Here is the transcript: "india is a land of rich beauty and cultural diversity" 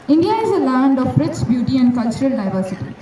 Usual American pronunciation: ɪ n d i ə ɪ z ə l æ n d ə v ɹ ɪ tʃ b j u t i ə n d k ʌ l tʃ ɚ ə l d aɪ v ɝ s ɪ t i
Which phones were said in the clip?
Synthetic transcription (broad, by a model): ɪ n d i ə ɪ z ə l æ n d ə b ɹ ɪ s b j u t i ə n d k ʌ l tʃ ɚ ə l d aɪ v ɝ s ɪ t i